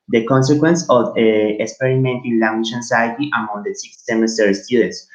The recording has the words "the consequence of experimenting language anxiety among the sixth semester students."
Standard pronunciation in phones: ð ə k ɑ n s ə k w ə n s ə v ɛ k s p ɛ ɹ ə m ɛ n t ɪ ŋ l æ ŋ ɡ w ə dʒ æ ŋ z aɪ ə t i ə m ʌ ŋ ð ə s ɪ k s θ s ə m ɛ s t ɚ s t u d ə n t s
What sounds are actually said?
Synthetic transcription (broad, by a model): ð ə k ɑ n s ə k w ə n s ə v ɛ k s p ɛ ɹ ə m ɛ n t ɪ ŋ l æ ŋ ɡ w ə ʃ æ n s aɪ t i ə m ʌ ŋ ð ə s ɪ k s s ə m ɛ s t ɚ s t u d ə n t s